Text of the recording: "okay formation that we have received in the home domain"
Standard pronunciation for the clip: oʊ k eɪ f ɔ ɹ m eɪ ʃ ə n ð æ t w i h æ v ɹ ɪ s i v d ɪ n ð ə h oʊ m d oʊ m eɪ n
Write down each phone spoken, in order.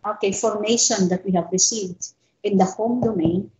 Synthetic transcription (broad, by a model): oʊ k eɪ f ɔ ɹ m eɪ ʃ ə n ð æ t w i h æ v ɹ ɪ s i v d ɪ n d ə h oʊ m d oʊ m eɪ n